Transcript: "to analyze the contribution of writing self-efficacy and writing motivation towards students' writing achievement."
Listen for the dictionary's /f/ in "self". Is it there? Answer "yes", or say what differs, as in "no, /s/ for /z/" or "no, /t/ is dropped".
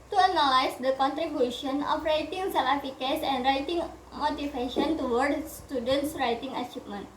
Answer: no, /f/ is dropped